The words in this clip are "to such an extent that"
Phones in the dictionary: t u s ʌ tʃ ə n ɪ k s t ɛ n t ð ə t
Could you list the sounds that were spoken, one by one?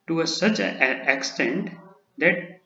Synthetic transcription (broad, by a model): t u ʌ s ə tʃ ɪ k s t ɛ n t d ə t